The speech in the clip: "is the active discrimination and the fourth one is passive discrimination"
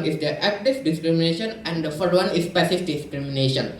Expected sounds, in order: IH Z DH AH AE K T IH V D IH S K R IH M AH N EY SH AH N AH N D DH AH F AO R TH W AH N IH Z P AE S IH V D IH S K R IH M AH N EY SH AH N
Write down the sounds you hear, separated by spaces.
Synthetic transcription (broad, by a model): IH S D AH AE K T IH F D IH S K R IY M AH N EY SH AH N AH N D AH F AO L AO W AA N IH S P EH S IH F D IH S K R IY M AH N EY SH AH N